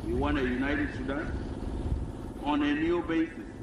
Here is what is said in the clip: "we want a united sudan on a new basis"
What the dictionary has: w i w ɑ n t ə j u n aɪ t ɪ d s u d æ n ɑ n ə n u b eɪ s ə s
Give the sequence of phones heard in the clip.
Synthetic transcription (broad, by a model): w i w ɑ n ə j u n aɪ t ɪ d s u d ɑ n ɑ n ə n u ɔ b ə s